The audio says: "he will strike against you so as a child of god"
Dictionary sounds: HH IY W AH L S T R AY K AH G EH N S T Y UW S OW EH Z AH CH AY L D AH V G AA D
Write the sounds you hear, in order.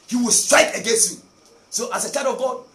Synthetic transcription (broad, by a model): HH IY W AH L S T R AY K AH G EH N S T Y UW S OW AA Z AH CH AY D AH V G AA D